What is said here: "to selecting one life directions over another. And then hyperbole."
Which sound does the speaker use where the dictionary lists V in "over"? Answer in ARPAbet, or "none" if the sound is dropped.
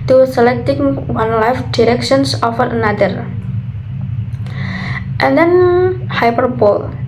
F